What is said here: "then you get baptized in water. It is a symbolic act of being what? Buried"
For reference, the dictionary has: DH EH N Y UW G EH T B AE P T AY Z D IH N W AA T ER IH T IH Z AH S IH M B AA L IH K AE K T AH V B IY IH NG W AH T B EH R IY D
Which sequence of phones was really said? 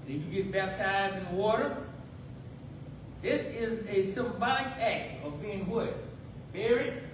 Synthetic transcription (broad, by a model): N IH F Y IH G EH T B AE P T AY Z D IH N W AA T ER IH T IH Z AH S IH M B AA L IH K AE K T AH V B IY IH NG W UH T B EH R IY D